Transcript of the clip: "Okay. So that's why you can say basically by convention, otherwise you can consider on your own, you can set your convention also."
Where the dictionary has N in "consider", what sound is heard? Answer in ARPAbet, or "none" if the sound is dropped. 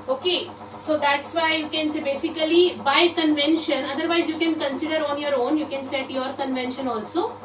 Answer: N